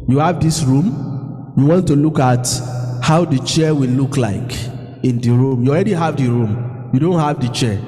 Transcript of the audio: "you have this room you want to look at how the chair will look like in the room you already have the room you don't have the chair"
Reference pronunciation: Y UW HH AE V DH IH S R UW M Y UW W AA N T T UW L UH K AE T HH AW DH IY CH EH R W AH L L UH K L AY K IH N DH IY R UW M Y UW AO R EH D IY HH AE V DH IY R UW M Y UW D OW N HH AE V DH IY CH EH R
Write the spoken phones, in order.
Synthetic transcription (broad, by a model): Y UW HH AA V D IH S R UW M Y UW W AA N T T UW L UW K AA T HH AW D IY CH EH W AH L L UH K L AY K IH N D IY R UW M Y UW AO R EH D IY HH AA V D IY R UW M Y UW D OW N HH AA V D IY CH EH